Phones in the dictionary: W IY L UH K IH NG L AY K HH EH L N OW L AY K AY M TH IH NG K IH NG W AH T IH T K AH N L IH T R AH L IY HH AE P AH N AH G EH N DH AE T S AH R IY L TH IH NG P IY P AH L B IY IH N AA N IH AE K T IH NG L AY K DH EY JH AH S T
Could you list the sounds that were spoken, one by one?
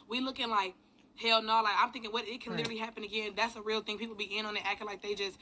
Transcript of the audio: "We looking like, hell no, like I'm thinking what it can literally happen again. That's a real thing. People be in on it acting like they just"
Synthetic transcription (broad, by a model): W IY L UH K IH NG L AY K HH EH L N OW L AY K AY M TH IH NG K IH NG W AH T IH T K AH N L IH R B IY HH AE P AH N AH G EH N DH AE T S AH R IY L TH IH NG P IY P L B IY IH N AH N IH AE K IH L AY K DH EY JH AH S T